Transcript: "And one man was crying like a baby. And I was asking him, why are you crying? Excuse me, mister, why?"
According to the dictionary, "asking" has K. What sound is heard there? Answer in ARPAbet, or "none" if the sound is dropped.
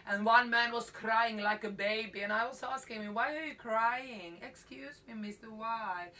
K